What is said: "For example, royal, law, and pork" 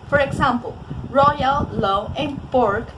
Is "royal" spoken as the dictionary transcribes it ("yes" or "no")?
yes